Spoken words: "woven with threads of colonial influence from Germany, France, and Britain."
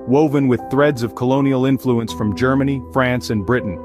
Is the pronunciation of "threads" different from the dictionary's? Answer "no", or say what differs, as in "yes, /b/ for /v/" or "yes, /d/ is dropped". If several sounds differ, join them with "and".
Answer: no